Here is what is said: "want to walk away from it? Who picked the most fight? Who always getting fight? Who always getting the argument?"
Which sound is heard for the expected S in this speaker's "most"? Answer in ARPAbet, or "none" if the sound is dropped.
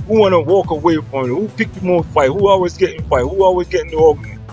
none